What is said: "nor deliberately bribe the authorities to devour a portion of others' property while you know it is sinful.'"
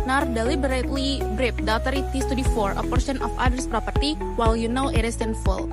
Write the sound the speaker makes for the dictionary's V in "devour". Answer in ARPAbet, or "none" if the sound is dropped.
F